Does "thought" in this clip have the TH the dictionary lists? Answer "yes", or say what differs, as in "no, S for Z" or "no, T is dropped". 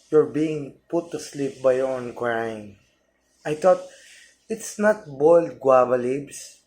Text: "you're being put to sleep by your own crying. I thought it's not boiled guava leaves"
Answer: no, T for TH